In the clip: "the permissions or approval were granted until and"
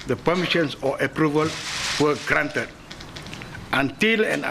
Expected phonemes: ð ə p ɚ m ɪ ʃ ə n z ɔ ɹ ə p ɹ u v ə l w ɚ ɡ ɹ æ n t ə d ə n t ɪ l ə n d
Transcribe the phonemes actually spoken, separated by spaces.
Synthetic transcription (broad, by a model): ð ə p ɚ m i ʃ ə n s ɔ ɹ ə p ɹ u v ə l w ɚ ɡ ɹ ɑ n t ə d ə n t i l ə n